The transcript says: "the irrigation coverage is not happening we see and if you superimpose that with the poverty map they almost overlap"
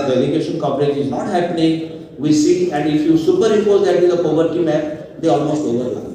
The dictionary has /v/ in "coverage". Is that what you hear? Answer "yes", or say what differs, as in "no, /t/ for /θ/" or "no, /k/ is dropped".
no, /p/ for /v/